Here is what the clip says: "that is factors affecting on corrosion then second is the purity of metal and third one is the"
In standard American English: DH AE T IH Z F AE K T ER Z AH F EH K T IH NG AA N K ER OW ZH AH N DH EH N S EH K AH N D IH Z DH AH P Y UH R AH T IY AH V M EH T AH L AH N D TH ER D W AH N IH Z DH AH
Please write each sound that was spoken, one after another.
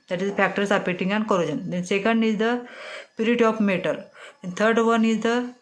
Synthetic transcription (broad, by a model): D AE T IH Z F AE K T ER S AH P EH T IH NG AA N K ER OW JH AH N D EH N S EH K AH N D IH Z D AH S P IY R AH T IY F M EH T AH L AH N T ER D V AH N IH Z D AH